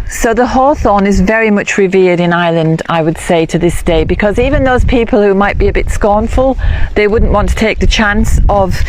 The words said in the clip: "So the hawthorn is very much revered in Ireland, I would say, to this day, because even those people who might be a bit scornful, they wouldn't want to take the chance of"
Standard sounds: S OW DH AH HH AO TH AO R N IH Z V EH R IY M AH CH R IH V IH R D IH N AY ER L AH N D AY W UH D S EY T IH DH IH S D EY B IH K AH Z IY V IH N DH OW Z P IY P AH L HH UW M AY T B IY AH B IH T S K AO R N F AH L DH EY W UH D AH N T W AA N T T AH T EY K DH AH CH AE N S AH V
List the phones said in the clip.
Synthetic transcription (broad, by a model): S OW DH AH HH AO TH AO N IH Z V EH R IY M AH CH R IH V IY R D IH N AY L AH N D AY W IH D S EY T IH DH IH S D EY B IH K AH Z IY V IH N DH OW Z P IY P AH L HH UW M AY T B IY AH B IH T S K AO R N F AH L DH EY W UH D N T W AA N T T AH T EY K DH AH CH AE N S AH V